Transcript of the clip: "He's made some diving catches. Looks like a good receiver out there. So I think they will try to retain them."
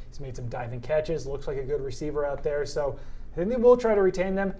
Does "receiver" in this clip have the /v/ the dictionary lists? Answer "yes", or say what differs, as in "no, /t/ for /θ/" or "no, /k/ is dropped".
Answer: yes